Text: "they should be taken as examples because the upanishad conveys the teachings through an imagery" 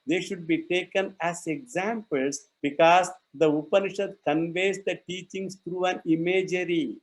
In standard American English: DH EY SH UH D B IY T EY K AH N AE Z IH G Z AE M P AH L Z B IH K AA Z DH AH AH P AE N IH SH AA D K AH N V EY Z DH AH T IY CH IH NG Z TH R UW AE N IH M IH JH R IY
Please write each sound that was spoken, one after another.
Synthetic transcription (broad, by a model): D EY SH UH D B IY T EY K AH N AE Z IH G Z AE M P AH L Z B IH K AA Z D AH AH P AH N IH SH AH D K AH N V EY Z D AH T IY CH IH NG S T R UW AE N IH M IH JH R IY